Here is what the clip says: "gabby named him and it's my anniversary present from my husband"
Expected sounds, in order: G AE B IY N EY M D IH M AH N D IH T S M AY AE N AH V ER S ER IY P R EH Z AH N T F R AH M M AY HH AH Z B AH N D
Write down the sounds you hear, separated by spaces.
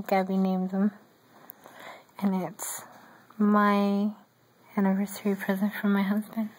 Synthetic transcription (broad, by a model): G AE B IY N EY M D IH M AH N IH T S M AY AE N AH V ER S ER IY P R EH Z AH N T F R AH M M AY HH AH Z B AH N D